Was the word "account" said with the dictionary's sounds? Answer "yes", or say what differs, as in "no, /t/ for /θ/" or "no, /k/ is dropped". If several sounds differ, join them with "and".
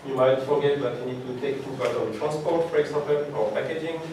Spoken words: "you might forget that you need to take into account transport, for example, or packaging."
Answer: no, /n/ is dropped